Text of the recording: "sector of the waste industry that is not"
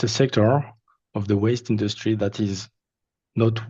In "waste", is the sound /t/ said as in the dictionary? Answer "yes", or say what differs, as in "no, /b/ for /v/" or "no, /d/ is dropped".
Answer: yes